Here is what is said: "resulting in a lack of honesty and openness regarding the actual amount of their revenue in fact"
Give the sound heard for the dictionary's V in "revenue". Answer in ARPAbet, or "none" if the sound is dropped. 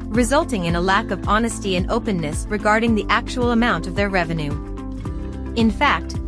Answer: V